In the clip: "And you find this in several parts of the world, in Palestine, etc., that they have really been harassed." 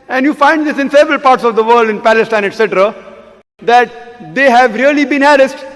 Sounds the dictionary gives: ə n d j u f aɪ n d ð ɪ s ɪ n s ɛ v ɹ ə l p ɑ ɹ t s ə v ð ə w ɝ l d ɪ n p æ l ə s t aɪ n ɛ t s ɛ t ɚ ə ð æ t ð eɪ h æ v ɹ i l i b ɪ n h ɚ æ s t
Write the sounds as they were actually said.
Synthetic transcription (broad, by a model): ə n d j u f aɪ n d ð ɪ s ɪ n s ɛ v ɹ ə l p ɑ ɹ t s ə v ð ə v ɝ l d ɪ n p æ l ə s t aɪ n ɛ t s ɛ t ɚ ə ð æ t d eɪ h æ v ɹ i l i b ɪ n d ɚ s t